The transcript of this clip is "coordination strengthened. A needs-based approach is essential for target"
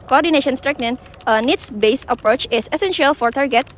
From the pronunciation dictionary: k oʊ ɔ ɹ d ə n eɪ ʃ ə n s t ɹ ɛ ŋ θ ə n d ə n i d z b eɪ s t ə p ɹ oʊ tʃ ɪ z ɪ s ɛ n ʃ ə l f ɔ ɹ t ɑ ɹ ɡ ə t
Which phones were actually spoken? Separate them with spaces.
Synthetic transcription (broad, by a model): k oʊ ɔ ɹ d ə n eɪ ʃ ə n s t ɹ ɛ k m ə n ə n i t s b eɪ s ə p ɹ oʊ tʃ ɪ s ɪ s ɛ n ʃ ə l f ɔ ɹ t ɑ ɹ ɡ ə t